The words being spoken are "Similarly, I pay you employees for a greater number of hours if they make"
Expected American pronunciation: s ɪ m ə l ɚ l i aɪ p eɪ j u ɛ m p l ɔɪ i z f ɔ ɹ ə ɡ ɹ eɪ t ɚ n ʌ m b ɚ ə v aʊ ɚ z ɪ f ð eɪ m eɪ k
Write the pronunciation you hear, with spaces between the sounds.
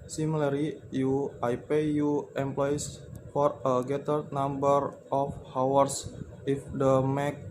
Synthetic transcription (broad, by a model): s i m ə l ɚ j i aɪ p eɪ j u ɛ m p l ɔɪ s f ɔ ɹ ə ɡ eɪ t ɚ n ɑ m b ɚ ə f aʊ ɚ s ɪ f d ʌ m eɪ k